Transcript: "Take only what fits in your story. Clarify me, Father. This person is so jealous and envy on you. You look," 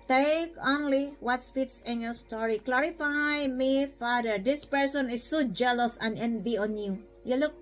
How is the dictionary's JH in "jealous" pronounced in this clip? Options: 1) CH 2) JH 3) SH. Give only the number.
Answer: 2